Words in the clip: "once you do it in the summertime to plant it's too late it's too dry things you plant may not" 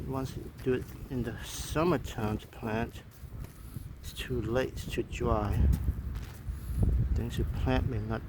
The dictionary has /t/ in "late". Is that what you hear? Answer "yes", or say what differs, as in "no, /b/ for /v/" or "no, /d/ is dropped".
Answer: no, /t/ is dropped